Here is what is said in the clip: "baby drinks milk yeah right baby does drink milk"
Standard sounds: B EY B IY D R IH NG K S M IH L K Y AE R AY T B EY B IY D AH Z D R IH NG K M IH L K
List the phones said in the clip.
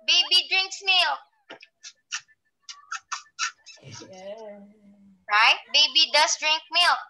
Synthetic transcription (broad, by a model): B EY B IY D R IH NG K S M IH L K R AY T B EY B IY D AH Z D R IH NG K M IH L